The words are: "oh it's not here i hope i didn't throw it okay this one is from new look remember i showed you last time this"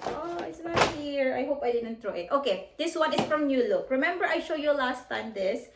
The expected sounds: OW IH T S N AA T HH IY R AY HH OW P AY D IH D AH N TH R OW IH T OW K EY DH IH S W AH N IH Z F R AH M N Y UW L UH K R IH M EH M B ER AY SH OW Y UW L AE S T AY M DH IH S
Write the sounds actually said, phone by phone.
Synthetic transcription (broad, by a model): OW IH T S N AA T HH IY R AY HH OW P AY D IH D AH N T R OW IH T OW K EY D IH S W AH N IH S F R AH M N Y UW L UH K R IH M EH M B ER AY SH OW Y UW L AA S T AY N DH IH S